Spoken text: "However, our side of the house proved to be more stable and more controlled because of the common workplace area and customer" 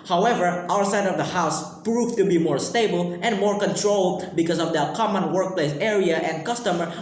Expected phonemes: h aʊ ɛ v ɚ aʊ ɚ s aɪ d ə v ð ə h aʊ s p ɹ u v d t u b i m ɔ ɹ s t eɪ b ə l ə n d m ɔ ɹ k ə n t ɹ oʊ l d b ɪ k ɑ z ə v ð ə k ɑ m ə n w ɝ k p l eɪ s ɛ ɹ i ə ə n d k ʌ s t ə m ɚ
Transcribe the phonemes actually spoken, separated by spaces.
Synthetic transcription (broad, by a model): h aʊ ɛ v ɚ aʊ ɚ s aɪ d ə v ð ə h aʊ s p ɹ u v t u b i m ɔ ɹ s t eɪ b ə l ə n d m ɔ ɹ k ə n t ɹ oʊ l d b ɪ k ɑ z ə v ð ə k ɑ m ə n w ɝ k p l eɪ s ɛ ɹ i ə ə n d k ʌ s t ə m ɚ